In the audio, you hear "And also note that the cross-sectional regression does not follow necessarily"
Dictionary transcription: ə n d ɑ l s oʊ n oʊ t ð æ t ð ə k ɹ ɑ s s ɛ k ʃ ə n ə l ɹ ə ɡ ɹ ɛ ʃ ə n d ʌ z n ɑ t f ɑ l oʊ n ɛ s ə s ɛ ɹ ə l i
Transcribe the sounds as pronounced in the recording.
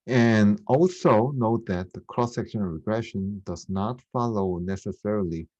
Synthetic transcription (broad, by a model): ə n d ɑ l s oʊ n oʊ t ð æ t ð ə k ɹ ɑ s s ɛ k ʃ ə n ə ɹ ə ɡ ɹ ɛ ʃ ə n d ʌ z n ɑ t f ɑ l oʊ n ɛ s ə s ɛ ɹ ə l i